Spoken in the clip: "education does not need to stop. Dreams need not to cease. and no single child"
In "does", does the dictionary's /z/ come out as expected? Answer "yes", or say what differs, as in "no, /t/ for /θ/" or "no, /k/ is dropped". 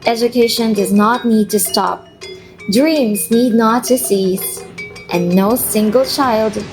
yes